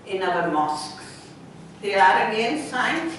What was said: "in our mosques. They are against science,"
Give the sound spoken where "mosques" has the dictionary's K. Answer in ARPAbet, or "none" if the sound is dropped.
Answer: K